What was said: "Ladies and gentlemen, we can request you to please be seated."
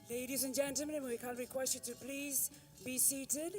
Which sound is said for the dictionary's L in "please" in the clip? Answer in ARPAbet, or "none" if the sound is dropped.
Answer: L